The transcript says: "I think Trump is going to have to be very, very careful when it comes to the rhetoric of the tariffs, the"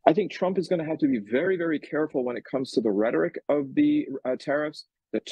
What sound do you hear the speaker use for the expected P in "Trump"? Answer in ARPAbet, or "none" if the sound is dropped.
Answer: P